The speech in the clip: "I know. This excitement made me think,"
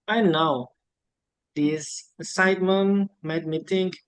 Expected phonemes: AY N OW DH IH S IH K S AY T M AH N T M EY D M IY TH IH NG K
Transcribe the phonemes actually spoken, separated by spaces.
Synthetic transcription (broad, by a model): AY N OW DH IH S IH S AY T M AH N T M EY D M IY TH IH NG K